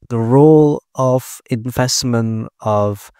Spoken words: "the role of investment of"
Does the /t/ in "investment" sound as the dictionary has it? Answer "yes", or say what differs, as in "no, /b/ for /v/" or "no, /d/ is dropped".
no, /t/ is dropped